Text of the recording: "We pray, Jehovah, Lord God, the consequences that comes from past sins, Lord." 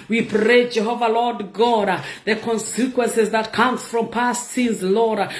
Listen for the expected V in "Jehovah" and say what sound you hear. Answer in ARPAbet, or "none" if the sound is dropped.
V